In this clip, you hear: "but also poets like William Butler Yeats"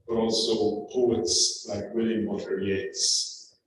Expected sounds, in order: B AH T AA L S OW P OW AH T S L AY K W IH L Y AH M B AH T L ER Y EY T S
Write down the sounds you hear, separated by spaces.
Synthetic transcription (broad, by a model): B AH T AA L S OW P OW AH T S L AY K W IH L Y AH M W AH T ER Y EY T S